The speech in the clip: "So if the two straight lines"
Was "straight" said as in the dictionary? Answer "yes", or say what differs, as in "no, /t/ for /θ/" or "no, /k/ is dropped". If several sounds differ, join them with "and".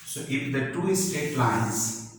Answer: no, /ɹ/ is dropped